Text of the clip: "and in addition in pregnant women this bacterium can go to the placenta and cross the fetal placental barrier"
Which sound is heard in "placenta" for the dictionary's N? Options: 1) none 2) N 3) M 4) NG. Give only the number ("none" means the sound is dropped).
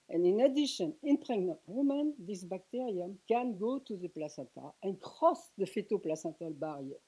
1